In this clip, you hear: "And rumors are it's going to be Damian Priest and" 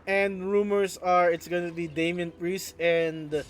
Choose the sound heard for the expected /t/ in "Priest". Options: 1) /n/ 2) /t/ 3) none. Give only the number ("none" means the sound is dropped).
3